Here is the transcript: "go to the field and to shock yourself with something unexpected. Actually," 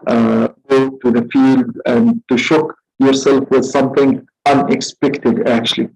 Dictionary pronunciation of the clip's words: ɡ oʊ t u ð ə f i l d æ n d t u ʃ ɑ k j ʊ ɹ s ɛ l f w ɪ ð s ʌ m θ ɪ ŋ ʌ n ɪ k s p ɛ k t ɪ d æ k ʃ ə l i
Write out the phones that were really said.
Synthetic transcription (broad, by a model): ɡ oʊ t u ð ə f i l d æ n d t u ʃ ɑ k j ʊ ɹ s ɛ l f w ɪ ð s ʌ m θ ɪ ŋ ʌ n ɪ k s p ɛ k t ɪ d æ k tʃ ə l i